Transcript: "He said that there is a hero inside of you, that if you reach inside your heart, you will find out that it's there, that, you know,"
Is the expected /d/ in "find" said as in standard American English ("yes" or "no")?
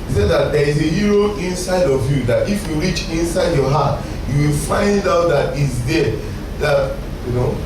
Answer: yes